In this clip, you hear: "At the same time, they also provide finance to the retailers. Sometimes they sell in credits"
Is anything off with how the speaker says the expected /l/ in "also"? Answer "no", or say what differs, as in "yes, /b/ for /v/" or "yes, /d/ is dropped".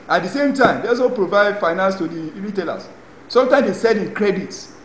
yes, /l/ is dropped